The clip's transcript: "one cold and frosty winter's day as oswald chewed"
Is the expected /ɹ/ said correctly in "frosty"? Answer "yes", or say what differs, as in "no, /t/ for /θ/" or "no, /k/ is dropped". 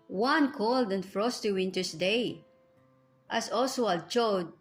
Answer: yes